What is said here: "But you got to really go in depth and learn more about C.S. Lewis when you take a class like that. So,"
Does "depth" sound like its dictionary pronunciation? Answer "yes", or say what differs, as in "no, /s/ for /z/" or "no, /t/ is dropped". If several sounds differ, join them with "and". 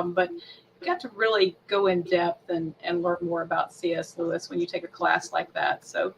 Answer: yes